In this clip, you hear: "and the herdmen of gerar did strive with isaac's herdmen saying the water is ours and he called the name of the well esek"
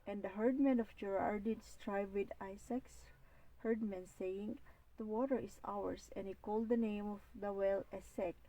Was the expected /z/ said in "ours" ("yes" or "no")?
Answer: no